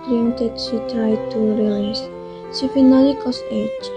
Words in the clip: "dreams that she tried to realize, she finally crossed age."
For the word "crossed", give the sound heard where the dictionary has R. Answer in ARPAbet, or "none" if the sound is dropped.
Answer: none